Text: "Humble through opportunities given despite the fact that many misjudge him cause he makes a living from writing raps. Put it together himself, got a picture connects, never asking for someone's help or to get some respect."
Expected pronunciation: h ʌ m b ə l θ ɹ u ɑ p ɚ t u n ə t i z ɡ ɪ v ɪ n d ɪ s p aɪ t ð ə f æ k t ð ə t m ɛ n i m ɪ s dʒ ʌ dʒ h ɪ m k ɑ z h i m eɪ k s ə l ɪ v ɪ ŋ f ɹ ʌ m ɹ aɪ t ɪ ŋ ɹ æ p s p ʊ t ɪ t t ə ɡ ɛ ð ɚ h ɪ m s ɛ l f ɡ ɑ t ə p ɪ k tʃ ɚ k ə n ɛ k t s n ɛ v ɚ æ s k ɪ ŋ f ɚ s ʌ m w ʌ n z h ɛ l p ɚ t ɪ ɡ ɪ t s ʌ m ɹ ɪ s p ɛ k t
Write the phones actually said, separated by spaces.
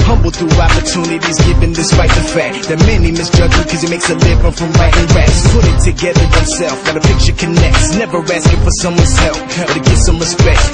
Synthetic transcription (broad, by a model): h ʌ m b l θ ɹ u ɑ p ɚ t u n ə t i z ɡ ɪ v ɪ n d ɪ s p aɪ t ð ə f æ k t ð ə t m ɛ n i m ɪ s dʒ ʌ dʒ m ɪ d k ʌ z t m eɪ k s ə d ɪ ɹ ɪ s f ɹ ʌ m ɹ aɪ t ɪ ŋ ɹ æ s p ʊ t ɪ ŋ t ə ɡ ɛ ð ɚ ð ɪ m s ɛ l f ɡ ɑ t ə p ɪ k tʃ ɚ k ə n ɛ k t s n ɛ v ɚ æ s k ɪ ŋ f ɚ s ʌ m w ʌ n z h ɛ l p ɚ t ɪ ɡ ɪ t s ʌ m ɹ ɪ s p ɛ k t